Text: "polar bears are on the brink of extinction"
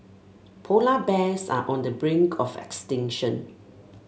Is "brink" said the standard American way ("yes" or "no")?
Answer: yes